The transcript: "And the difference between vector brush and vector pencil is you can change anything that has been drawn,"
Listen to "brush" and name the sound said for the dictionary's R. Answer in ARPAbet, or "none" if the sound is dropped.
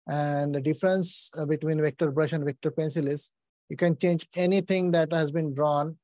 R